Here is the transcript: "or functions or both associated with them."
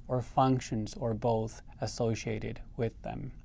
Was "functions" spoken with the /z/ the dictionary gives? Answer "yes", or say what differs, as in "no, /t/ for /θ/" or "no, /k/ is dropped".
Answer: yes